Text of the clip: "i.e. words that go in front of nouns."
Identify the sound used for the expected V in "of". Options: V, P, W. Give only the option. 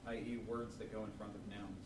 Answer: V